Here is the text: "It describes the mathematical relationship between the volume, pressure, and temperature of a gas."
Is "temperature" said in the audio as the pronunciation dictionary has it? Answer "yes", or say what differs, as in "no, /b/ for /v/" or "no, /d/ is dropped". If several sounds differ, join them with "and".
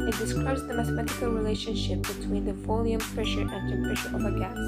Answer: no, /m/ is dropped and /ʃ/ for /tʃ/